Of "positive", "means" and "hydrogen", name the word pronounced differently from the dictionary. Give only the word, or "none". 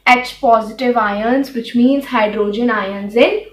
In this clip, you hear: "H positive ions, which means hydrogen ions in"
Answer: none